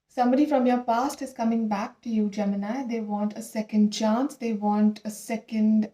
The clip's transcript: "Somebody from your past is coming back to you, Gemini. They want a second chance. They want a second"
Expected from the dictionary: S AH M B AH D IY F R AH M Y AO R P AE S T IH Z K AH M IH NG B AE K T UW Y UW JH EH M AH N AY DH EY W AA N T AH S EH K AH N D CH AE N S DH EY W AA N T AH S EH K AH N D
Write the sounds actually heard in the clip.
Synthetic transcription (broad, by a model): S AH M B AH D IY F R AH M Y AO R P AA S T IH Z K AH M IH NG B AE K T UW Y UW JH EH M AH N AY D EY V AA N T AH S EH K AH N D CH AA N S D EY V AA N T AH S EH K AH N D